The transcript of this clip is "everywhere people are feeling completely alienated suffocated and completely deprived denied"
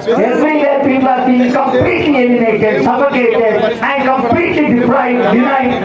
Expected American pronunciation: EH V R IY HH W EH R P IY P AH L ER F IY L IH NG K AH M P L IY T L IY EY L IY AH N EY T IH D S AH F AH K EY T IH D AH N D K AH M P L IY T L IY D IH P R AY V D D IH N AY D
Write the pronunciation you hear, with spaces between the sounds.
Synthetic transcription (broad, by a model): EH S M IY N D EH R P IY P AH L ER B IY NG K AH M P L IY T L IY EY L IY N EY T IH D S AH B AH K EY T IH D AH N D K AH M P L IY T L IY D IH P R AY D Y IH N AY